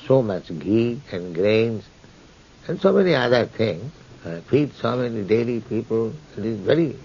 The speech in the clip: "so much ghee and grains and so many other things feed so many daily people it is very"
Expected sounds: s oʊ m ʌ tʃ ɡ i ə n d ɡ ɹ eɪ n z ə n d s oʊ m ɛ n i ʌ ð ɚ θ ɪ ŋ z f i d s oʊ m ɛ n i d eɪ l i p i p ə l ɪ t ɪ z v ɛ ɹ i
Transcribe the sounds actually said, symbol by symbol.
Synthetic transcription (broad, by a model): s oʊ m ʌ tʃ ɡ i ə n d ɡ ɹ eɪ n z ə n s oʊ m ɛ n i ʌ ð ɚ t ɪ ŋ s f i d s oʊ m ɛ n i d eɪ l i p i p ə l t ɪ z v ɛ ɹ i